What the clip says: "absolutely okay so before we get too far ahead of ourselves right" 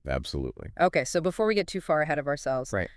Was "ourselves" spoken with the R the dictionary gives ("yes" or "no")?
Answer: yes